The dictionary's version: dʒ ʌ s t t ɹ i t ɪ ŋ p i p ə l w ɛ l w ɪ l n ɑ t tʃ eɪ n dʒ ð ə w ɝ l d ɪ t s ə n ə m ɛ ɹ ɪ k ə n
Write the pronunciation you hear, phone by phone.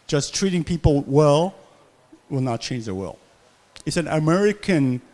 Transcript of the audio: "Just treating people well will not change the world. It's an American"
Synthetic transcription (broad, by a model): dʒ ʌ s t t ɹ i t ɪ ŋ p i p ə l w ɛ l w ɪ l n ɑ t tʃ eɪ n dʒ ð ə w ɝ l ɪ t s ə n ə m ɛ ɹ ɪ k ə n